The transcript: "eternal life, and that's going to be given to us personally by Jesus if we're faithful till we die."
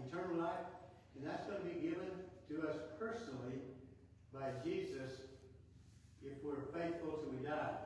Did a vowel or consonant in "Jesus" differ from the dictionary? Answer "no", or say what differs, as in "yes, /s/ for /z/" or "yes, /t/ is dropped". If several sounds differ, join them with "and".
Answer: no